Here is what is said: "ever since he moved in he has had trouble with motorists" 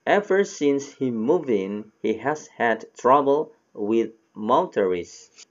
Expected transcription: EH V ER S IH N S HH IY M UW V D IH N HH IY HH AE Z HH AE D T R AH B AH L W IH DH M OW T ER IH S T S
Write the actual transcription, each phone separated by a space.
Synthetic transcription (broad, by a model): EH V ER S IH N S HH IY M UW V IH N HH IY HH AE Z HH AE D T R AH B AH L W IH DH M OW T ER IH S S